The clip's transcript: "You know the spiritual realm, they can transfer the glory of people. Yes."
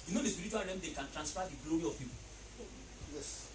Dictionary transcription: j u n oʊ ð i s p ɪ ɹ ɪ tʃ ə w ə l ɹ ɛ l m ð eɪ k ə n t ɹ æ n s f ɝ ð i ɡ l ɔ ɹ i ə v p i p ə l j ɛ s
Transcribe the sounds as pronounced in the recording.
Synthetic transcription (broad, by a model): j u n oʊ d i s p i ɹ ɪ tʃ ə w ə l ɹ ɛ m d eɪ k ə n t ɹ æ n s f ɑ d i ɡ l ɔ ɹ i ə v p i p ə l j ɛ s